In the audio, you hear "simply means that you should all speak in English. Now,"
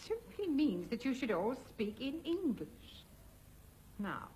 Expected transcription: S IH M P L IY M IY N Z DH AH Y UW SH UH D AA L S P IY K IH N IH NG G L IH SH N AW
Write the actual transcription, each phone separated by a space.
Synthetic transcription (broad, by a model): S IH M P L IY M IY N Z DH AH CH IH SH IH D AA L S P IY K IH N IH NG G L IH SH N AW